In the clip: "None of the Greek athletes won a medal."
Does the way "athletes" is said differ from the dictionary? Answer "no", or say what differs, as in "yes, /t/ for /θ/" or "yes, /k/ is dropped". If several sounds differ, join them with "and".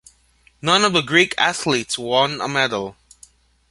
no